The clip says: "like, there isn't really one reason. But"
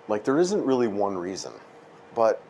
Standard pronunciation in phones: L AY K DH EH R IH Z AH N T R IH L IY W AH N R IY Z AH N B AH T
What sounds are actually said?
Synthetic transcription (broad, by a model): L AY K DH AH R IH Z AH N T R IH L IY W AH N R IY Z AH N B AH T